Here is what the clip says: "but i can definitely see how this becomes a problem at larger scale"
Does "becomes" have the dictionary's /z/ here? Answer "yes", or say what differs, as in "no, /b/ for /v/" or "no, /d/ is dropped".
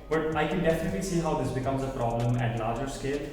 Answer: yes